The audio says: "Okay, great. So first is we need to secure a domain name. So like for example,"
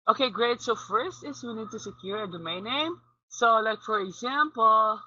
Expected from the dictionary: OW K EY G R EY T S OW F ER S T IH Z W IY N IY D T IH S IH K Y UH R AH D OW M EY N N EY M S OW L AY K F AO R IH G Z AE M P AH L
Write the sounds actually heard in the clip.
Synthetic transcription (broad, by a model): OW K EY G R EY T S OW F ER S T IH S W IY N IY D T IH S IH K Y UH R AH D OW M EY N N EY M S OW L AY K F AO R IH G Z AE M P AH L